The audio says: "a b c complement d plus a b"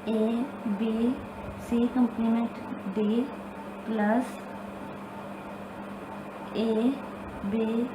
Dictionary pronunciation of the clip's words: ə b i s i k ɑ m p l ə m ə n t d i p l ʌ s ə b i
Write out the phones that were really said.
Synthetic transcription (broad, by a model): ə b i s i k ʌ m p n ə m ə n t d i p l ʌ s ə b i